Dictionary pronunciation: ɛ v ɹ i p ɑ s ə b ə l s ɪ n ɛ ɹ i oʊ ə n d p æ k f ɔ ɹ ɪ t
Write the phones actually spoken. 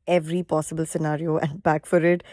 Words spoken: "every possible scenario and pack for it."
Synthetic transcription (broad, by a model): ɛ v ɹ i p ɑ s ə b ə l s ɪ n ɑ ɹ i oʊ ə n d b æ k f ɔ ɹ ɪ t